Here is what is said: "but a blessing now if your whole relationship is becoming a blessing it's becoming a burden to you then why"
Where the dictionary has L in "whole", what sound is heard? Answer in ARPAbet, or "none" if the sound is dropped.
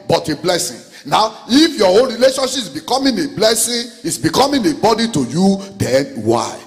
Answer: N